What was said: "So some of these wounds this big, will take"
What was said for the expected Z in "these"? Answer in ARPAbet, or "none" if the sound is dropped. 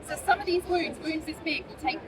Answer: Z